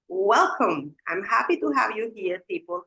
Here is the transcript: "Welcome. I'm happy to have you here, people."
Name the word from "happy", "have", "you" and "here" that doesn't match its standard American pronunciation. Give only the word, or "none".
none